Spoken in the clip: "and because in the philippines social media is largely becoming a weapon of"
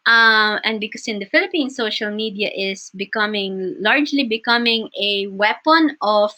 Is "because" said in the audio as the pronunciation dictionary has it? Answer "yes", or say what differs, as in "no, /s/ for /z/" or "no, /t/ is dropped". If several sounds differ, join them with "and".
no, /s/ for /z/